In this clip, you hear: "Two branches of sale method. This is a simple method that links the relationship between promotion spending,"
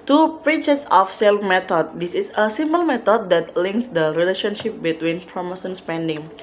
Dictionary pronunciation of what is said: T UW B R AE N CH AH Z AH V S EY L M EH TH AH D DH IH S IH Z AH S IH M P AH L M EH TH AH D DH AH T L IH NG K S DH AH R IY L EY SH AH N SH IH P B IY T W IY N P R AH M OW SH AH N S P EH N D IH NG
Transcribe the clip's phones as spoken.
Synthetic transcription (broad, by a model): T UW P R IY CH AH S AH F S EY L M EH T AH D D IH S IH S AH S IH M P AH L M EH T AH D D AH T L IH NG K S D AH R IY L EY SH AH N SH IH P B IY T W IY N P R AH M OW S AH N S P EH N D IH NG